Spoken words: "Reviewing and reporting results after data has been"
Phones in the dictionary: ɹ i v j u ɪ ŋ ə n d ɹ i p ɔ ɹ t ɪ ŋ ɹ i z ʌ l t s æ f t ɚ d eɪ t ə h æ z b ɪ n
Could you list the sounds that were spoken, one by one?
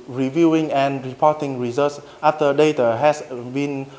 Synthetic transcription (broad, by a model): ɹ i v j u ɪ ŋ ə n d ɹ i p ɔ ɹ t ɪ ŋ ɹ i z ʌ t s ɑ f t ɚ d eɪ t ə h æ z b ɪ n